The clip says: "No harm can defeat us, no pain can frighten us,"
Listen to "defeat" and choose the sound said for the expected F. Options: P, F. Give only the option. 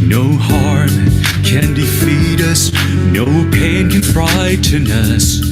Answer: F